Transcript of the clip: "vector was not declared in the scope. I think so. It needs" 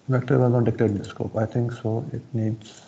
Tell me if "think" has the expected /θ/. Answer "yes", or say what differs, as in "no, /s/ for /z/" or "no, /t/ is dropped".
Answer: no, /t/ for /θ/